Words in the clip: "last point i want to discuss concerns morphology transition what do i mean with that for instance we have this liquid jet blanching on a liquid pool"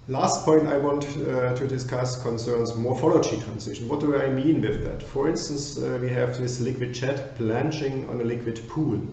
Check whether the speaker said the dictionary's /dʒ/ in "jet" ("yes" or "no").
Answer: no